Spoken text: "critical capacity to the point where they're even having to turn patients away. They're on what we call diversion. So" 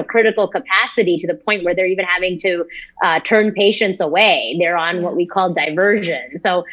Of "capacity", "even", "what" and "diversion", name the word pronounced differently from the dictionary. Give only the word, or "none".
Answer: none